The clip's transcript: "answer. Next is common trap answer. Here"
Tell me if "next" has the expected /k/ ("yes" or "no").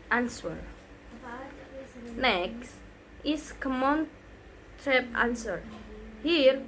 yes